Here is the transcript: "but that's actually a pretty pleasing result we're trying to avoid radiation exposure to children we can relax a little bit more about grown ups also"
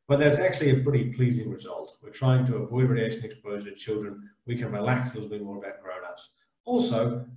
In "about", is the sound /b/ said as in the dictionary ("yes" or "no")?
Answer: no